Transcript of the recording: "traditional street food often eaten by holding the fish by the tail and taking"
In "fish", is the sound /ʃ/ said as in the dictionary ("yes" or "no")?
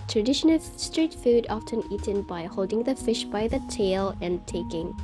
yes